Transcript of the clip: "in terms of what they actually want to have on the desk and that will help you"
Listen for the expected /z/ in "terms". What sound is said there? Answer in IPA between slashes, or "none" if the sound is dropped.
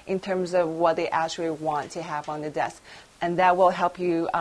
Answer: /z/